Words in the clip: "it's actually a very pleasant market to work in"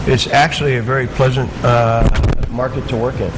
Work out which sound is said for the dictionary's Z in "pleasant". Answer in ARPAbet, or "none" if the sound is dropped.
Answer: Z